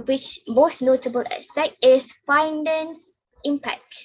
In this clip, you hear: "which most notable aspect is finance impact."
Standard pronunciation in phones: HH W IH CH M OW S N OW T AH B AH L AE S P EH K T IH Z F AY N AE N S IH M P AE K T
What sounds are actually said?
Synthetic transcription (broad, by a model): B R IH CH M OW S N OW T AH B AH L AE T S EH T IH S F AY N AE N S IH M P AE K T